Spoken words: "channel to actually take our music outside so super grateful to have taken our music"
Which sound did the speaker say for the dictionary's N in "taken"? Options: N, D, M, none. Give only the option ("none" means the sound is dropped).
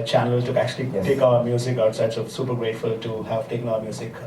none